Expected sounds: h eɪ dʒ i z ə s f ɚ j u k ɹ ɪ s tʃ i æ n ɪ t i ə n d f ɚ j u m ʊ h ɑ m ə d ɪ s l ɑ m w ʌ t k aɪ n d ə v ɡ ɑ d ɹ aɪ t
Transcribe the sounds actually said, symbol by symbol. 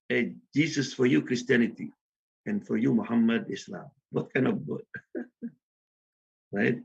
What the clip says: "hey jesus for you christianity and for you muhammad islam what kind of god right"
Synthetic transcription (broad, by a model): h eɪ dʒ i s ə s f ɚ j u k ɹ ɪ s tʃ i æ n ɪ t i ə n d f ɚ j u m ʊ h ɑ m ə d ɪ s l ɑ m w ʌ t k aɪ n ə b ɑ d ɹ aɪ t